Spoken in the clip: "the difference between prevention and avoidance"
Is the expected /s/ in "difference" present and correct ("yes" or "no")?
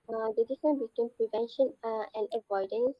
no